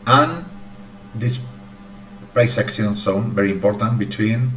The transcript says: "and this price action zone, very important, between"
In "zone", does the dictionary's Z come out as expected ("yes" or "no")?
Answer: no